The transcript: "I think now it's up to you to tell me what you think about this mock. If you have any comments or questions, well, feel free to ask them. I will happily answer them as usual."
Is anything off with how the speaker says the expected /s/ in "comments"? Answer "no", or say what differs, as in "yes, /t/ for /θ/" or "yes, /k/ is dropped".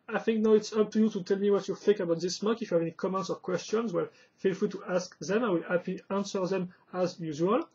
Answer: no